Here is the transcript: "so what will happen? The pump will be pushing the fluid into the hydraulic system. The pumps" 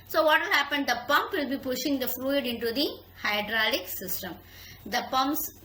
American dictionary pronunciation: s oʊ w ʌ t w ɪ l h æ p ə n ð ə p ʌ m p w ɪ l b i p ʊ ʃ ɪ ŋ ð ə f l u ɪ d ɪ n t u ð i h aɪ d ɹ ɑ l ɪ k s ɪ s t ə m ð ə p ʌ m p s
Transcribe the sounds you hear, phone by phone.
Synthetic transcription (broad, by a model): s oʊ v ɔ t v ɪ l h æ p ə n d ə p ʌ m p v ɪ l b i p ʊ ʃ ɪ ŋ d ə f l u ɪ d ɪ n t u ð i h aɪ d ɹ ɑ l ɪ k s ɪ s t ə m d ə p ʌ m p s